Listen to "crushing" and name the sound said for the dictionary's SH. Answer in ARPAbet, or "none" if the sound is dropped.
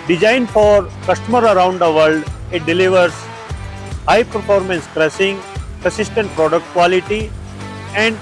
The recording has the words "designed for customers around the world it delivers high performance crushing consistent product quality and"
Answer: S